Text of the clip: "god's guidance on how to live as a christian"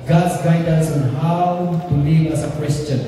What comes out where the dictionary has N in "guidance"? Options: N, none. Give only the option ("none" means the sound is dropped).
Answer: none